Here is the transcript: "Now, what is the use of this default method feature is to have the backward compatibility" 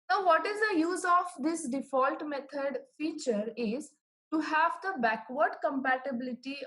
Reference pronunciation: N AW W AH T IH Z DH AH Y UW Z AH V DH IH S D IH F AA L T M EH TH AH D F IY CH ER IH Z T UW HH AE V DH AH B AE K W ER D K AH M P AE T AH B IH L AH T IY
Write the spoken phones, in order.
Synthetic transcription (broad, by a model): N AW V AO T IH Z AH Y UW Z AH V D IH S D IH F AA L T M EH T AH D F IY CH ER IH Z T UW HH AE V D AH B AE K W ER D K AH M P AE T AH B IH L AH T IY